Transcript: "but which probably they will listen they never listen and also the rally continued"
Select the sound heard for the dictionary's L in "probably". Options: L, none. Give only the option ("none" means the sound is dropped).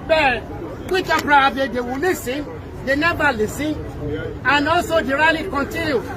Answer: none